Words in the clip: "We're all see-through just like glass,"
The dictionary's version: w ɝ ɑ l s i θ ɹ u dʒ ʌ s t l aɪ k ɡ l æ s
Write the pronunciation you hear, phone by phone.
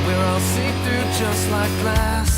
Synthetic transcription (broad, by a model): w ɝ ɑ l s i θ u dʒ ʌ s t l aɪ k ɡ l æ s